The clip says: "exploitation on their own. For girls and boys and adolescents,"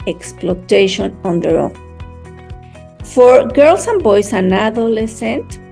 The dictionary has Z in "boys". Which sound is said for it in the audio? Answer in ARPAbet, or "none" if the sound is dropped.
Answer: S